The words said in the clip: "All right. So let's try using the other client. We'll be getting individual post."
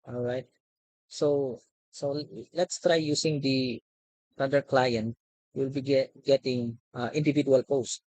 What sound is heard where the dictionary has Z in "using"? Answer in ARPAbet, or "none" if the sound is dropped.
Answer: S